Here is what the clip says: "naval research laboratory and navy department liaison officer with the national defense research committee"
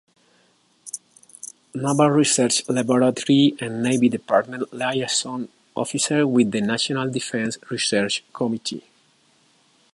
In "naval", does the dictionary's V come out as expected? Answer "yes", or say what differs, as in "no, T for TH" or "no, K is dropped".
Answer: no, B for V